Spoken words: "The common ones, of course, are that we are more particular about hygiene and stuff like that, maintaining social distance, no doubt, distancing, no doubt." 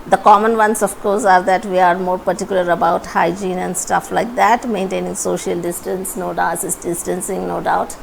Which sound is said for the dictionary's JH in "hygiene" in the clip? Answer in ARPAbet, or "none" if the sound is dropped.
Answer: JH